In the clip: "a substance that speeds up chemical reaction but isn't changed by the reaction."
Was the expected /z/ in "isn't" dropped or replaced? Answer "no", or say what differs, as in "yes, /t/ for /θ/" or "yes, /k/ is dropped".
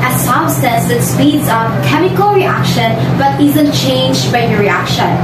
no